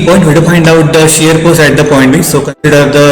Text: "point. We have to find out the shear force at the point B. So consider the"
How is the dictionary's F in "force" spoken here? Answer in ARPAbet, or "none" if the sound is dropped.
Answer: P